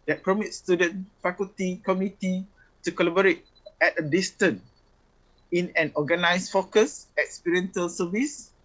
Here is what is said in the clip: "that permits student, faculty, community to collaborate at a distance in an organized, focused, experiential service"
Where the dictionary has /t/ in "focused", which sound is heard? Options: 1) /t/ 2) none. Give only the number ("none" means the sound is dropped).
2